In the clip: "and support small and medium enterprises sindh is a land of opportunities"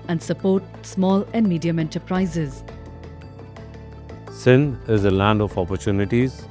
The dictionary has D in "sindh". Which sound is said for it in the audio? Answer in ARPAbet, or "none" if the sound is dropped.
none